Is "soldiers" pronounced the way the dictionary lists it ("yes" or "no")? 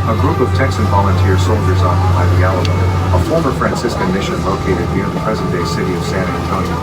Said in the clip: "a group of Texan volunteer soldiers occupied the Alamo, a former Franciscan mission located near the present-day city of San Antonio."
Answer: yes